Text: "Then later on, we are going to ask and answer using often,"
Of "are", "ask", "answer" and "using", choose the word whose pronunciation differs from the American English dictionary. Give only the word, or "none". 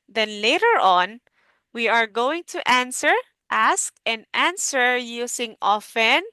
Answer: using